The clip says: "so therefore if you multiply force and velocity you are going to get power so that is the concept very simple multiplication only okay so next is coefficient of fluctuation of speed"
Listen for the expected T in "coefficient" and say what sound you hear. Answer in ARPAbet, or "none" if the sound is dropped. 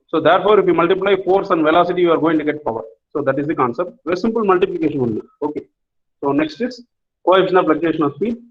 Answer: none